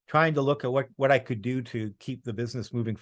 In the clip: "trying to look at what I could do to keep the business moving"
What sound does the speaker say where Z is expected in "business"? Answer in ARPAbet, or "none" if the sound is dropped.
Z